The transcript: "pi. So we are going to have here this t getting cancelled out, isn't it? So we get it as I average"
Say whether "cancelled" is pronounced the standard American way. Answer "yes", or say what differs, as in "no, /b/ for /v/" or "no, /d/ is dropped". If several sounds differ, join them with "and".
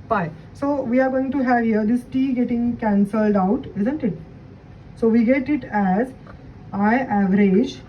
yes